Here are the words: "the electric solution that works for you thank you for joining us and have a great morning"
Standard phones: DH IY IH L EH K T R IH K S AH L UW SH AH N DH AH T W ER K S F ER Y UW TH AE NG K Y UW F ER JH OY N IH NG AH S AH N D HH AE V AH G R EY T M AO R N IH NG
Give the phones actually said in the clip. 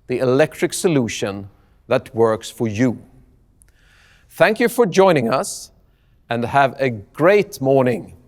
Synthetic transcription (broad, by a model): DH IY IH L EH K T R IH K S AH L UW SH AH N DH AH T W ER K S F ER Y UW TH AE NG K Y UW F ER JH OY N IH NG AH S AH N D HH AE V AH G R EY T M AO R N IH NG